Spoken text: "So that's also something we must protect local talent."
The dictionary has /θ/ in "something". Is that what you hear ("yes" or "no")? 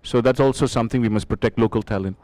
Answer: no